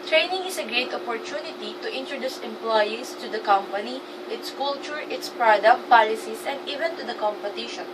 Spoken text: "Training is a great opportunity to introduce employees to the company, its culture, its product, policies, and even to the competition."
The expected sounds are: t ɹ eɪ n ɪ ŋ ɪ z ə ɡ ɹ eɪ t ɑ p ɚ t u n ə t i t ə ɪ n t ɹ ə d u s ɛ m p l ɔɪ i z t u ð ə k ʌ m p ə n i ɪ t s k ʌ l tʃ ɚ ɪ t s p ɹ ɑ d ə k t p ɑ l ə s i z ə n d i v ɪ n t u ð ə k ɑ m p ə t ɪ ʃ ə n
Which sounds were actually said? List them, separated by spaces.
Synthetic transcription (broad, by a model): t ɹ eɪ n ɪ ŋ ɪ s ə ɡ ɹ eɪ t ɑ p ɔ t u n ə t i t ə ɪ n t ɹ ə d u s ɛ m p l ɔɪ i s t u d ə k ʌ m p ə n i ɪ t s k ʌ l tʃ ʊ ɪ t s p ɹ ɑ d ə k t p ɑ l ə s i s ə n d i v ɪ n t u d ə k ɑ m p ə t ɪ ʃ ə n